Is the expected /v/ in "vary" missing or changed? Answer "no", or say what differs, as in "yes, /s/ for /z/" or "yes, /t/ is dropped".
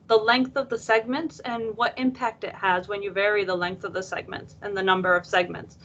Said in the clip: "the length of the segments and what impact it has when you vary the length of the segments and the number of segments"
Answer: no